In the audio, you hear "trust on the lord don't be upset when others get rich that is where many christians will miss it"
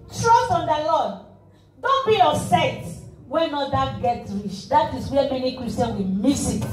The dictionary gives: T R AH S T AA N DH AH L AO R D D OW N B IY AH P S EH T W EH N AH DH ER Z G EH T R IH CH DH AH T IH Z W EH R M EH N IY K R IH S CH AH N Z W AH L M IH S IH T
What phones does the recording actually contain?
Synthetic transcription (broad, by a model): T R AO S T AA N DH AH L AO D D OW N B IY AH S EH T W EH N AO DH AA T G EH T R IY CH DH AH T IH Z W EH M EH N IY K R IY S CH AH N W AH M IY S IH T